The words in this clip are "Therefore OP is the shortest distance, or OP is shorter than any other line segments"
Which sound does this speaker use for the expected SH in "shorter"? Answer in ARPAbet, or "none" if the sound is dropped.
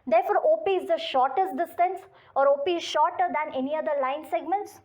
SH